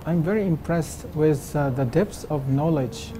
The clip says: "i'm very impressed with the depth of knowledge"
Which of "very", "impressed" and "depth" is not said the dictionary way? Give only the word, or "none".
depth